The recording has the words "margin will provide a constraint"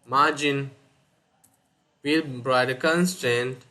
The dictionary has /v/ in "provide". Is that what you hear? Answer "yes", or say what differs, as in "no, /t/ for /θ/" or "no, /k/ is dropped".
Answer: no, /v/ is dropped